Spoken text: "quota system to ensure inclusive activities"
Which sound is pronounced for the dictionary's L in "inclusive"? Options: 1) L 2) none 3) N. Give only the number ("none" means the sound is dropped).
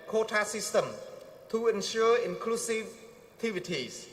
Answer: 1